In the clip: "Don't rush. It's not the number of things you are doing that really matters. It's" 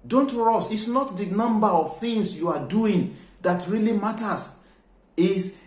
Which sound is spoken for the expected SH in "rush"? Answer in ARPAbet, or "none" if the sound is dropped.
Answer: S